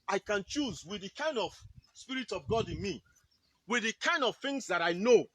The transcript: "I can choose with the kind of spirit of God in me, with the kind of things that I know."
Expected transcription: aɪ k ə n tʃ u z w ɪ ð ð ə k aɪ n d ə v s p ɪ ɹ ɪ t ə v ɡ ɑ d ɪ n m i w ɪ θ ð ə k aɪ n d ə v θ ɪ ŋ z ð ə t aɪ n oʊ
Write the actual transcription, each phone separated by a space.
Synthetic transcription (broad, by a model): aɪ k ə n tʃ u z w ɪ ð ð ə k aɪ n d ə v s p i ɹ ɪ t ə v ɡ ɑ d ɪ n m i w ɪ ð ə k aɪ n d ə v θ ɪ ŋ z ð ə t aɪ n oʊ